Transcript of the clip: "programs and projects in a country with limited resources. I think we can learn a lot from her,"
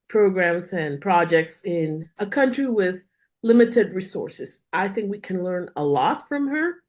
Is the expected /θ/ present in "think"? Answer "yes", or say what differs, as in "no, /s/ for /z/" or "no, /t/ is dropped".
yes